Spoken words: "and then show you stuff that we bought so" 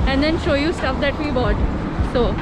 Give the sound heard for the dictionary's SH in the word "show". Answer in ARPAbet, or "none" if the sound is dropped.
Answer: SH